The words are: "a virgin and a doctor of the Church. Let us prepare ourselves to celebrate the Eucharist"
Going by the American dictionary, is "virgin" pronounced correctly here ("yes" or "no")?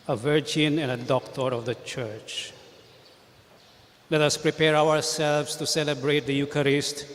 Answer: yes